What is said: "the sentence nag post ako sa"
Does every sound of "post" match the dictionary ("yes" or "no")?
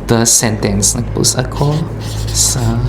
no